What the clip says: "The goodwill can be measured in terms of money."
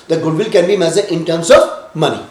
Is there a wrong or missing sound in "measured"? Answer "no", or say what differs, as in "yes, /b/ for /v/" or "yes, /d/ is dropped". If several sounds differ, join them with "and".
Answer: yes, /z/ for /ʒ/